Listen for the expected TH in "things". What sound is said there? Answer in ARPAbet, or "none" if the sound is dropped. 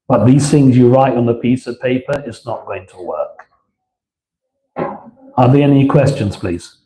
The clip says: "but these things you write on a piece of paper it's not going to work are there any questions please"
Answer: TH